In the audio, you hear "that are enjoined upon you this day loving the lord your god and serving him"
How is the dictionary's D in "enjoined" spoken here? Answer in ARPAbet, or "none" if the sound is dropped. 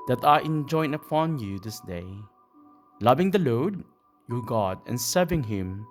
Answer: none